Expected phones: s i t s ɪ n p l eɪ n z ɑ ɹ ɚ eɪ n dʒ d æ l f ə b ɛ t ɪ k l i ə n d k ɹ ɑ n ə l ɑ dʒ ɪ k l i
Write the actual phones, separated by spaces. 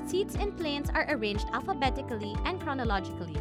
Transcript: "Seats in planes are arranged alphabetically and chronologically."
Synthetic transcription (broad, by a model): s i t s ɪ n p l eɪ n s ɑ ɹ ɚ eɪ n dʒ d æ l f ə b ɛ t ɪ k l i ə n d k ɹ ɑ n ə l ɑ dʒ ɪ k l i